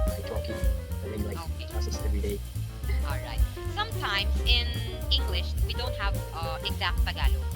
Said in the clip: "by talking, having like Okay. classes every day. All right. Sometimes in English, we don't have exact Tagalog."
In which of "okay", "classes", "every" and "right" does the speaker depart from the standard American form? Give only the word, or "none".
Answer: classes